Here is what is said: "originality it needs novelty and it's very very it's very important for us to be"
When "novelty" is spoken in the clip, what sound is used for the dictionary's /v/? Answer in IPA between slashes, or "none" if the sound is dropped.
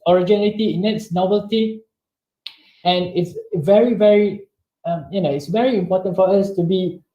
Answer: /b/